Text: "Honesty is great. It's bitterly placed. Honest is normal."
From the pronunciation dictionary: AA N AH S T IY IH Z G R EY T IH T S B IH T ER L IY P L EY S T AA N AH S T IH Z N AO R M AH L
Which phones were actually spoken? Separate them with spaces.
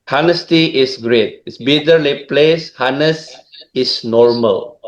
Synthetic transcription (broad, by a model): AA N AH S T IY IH S G R EY T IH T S B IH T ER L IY P L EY S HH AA N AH S IH S N AO R M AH L